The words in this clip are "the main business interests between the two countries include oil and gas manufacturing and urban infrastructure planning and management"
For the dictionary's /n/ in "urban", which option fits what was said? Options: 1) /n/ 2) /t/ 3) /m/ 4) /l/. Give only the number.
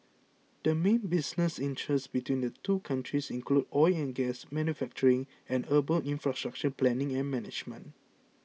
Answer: 4